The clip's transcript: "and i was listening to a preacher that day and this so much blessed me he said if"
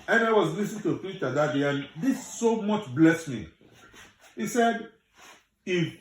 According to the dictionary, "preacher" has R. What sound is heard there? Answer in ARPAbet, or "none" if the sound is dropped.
none